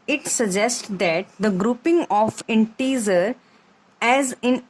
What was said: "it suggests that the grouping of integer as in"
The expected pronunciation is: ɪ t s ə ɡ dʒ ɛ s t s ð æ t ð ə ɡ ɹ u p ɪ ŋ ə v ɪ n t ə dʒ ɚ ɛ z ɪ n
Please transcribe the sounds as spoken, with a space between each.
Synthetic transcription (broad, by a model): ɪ t s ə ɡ dʒ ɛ s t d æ t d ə ɡ ɹ u p ɪ ŋ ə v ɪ n t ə z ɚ ɛ z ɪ n